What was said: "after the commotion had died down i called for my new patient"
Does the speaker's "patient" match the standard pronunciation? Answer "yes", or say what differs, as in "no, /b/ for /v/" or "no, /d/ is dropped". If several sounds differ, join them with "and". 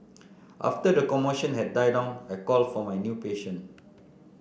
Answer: no, /t/ is dropped